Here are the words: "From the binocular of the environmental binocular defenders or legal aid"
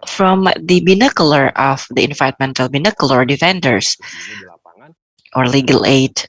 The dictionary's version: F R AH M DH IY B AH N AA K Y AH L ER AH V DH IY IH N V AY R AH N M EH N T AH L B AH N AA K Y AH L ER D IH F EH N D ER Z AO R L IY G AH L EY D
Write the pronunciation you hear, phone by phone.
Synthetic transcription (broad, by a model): F R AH M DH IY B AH N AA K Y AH L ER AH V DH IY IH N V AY AH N M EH N T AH L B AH N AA K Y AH L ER D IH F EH N D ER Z AO R L IY G AH L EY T